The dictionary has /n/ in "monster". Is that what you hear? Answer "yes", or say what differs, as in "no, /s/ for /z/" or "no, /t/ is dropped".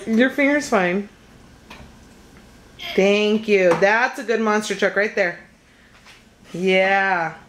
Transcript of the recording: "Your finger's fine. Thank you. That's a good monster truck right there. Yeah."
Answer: yes